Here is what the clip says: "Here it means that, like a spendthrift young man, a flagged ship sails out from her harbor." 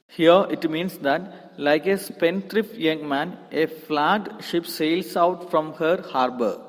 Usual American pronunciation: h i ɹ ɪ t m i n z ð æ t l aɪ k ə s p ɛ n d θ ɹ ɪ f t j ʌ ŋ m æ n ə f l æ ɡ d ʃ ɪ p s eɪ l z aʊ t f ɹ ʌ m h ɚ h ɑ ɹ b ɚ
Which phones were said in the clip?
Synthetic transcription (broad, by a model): h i ɹ ɪ t m i n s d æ t l aɪ k ə s p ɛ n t ɹ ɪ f j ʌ ŋ m æ n ə f l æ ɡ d ʃ ɪ p s eɪ l s aʊ t f ɹ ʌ m h ɚ h ɑ ɹ b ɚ